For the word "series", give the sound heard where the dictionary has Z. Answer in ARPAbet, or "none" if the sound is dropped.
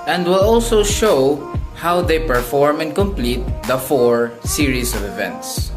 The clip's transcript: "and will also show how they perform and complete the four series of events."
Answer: S